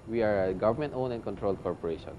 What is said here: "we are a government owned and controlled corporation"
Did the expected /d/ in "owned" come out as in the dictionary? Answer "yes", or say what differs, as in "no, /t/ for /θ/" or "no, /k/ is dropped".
no, /d/ is dropped